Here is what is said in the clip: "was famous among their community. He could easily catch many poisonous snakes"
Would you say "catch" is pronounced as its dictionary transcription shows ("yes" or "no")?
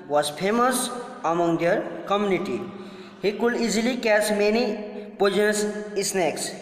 no